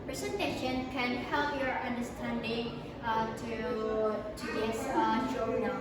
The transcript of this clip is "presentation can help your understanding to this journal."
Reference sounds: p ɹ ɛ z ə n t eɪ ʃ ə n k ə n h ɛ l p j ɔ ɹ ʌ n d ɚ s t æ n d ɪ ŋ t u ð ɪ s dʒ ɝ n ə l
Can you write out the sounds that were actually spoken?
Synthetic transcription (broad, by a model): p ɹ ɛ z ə n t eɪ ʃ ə n k ə n h ɛ l p j ɔ ɹ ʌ n d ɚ s t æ n d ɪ ŋ t u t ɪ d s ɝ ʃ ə